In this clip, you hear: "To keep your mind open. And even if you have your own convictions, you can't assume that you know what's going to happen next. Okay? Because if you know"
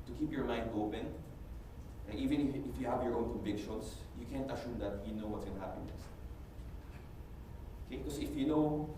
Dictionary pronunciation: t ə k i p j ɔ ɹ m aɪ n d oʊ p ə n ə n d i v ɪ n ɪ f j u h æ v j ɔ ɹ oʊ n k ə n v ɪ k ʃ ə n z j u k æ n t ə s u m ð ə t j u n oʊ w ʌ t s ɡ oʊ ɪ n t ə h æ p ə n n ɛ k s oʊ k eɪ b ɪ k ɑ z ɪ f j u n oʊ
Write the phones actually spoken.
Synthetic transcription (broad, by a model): t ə k i p j ɔ ɹ m aɪ n d oʊ p ə n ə i v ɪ n ɪ f j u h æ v j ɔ ɹ oʊ n k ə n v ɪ k ʃ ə n s j u k æ n t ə ʃ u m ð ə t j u n oʊ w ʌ t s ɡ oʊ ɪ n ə h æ p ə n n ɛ s oʊ k eɪ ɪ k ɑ s ɪ f j u n oʊ